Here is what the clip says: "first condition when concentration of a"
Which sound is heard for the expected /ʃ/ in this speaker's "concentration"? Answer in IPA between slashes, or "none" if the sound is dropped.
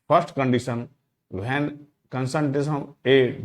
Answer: /s/